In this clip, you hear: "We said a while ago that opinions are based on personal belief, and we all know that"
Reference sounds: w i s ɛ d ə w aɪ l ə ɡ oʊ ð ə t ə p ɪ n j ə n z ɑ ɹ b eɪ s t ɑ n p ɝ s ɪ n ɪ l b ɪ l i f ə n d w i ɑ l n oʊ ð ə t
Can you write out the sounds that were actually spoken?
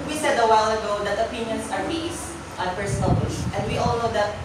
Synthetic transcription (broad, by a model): w i s ɛ d ə w aɪ l ə ɡ oʊ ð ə t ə p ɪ n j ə n s ɑ ɹ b eɪ s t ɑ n p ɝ s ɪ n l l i ə n d w i ɑ l n oʊ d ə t